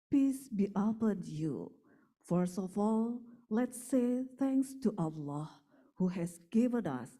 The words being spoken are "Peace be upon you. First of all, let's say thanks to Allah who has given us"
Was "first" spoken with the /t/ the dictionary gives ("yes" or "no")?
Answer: no